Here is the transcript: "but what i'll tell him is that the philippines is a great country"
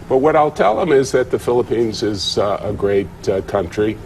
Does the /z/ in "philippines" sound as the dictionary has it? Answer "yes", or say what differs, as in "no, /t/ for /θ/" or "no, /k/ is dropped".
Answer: yes